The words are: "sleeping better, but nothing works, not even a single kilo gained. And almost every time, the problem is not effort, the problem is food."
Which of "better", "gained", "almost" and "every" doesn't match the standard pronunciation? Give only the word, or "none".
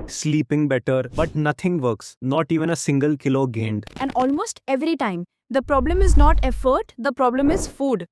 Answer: none